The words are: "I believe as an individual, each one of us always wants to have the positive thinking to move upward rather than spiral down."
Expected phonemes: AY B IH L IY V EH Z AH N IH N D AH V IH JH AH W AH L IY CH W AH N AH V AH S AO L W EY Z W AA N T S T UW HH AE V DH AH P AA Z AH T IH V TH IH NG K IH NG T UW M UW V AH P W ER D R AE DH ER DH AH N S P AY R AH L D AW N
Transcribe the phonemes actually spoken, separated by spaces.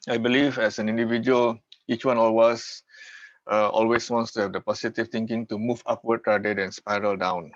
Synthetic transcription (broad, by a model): AY B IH L IY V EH S AH N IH N D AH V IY JH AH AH L IY CH W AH N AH W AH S AO L W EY S W AA N T S T UW HH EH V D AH P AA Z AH T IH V T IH NG K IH NG T UW M UW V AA P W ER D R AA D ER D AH N S P AY R AH L D AW N